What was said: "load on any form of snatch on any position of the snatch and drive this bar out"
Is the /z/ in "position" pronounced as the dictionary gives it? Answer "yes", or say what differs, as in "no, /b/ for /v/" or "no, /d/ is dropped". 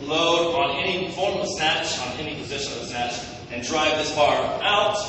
yes